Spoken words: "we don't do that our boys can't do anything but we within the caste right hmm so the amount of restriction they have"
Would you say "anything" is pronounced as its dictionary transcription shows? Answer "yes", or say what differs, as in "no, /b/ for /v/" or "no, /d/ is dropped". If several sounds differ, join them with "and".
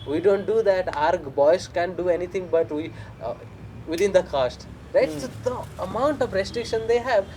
no, /t/ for /θ/